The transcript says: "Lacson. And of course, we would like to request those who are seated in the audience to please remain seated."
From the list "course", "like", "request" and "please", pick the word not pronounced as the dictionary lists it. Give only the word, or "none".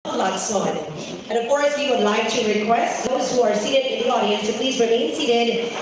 none